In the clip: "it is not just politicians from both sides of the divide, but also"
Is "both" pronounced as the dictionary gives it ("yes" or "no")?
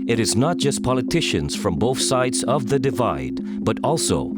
yes